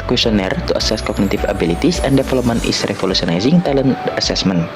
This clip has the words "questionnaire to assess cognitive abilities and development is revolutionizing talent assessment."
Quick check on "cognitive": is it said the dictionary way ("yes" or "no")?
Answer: no